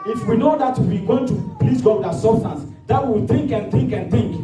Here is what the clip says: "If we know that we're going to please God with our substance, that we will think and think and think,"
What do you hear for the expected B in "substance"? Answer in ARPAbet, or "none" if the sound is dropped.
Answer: none